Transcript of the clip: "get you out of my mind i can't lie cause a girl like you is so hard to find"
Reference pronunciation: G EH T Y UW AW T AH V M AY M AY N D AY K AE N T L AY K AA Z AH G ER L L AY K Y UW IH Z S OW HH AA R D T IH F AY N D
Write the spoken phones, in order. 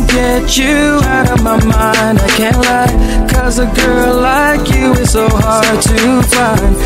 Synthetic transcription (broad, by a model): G EH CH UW AW T AH V M AY M AY N D AY K AE N T L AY K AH Z AH G ER L L AY K Y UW IH Z S OW HH AA R D T IH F AY N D